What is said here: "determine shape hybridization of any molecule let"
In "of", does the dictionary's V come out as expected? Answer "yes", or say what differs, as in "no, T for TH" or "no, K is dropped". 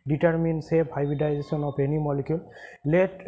no, P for V